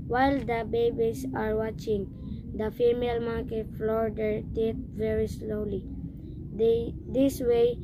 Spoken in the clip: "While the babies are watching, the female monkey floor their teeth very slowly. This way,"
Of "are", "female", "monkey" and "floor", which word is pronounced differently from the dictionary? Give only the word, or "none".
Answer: monkey